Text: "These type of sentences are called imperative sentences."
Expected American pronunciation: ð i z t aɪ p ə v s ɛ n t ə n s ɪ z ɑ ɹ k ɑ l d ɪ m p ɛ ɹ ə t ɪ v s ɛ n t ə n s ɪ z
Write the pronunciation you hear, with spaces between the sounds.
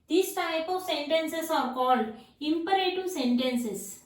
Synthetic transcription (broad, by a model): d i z t aɪ p ə v s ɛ n t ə n s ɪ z ɑ ɹ k ɑ l d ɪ m p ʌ ɹ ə t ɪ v s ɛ n t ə n s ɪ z